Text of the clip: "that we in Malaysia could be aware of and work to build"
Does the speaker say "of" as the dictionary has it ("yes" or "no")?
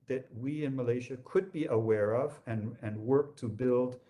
yes